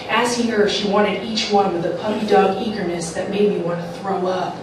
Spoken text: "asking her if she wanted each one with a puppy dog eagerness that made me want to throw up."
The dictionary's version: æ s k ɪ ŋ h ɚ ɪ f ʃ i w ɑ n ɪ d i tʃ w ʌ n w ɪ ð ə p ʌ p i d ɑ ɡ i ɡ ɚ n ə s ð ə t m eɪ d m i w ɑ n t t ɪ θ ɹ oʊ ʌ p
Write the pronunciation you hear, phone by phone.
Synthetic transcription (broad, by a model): æ s k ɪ ŋ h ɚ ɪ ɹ ʃ i w ɑ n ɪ d i tʃ w ʌ n w ɪ ð ə p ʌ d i d ɑ ɡ i ɡ ɚ n ə s ð ə t m eɪ d m i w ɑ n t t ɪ θ ɹ oʊ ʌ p